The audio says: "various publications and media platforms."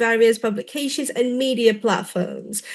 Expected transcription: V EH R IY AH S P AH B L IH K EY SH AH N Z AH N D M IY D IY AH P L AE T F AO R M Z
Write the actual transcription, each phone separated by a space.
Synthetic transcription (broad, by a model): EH R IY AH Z P AH B L IH K EY SH AH N Z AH N M IY D IY AH P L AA T F AO M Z